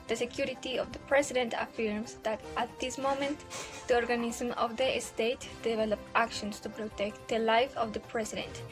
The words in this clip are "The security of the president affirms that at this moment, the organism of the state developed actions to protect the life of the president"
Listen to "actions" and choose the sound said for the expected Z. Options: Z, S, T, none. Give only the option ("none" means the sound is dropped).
S